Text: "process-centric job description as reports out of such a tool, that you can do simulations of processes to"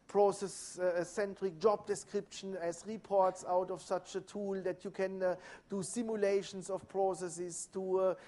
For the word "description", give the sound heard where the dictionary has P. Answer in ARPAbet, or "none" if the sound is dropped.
P